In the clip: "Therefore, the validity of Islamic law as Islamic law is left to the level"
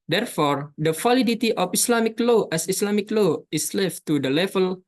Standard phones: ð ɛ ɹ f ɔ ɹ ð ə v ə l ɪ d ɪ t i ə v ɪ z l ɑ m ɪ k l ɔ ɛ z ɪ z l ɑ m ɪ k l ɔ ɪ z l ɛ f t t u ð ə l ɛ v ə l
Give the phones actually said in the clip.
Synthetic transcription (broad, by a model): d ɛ ɹ f ɔ ɹ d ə f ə l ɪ d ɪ t i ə f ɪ s l ɑ m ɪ k l ɔ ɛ s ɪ s l ɑ m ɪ k l ɔ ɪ s l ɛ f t t u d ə l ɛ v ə l